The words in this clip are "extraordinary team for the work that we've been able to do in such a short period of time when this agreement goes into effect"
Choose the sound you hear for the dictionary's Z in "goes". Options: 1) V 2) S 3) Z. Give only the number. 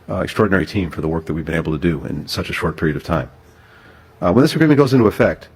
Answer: 3